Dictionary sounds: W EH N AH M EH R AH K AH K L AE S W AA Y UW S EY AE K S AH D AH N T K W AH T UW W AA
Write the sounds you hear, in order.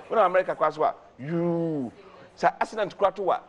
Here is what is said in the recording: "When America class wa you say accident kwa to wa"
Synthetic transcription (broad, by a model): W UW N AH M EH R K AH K AA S W AA Y UW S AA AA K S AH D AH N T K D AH T UW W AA